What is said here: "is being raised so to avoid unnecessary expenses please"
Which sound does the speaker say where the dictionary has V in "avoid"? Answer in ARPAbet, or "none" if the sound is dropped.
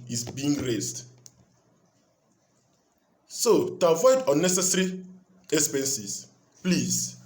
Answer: V